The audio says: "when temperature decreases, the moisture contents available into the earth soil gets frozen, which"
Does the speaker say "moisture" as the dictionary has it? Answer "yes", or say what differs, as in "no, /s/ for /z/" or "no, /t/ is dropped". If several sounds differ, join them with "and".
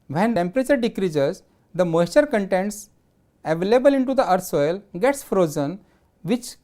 no, /s/ is dropped